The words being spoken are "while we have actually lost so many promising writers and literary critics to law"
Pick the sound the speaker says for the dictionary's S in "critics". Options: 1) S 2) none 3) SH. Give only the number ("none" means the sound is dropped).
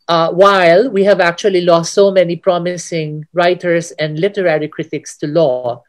1